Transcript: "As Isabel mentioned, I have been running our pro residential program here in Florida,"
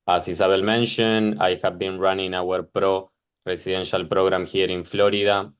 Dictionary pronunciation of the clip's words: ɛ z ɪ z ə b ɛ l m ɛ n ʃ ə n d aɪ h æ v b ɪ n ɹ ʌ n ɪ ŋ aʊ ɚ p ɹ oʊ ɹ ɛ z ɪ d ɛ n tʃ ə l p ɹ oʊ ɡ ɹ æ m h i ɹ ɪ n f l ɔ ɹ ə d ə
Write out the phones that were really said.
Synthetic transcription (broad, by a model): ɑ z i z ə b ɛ l m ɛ n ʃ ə n aɪ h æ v b ɪ n ɹ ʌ n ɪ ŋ aʊ ɚ p ɹ oʊ ɹ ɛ s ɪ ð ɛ n ʃ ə l p ɹ oʊ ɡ ɹ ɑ m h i ɹ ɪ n f l ɔ ɹ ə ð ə